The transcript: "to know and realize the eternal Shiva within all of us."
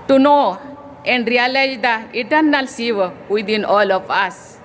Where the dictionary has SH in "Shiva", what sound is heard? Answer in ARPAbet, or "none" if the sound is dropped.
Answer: S